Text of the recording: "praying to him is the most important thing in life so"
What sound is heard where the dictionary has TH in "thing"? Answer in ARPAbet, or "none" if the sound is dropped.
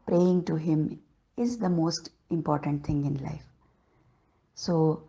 T